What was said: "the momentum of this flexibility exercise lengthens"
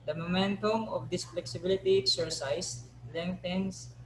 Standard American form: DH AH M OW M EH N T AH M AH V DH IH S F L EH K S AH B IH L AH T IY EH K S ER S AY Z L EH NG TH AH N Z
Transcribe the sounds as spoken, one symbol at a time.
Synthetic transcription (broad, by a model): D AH M OW M EH N T AH M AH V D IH S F L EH K S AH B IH L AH T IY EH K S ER S AY S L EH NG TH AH N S